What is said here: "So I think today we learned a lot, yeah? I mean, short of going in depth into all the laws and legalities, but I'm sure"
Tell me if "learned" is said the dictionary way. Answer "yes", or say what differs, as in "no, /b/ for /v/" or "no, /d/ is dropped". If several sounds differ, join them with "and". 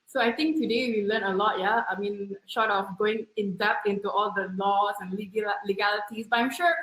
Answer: no, /d/ is dropped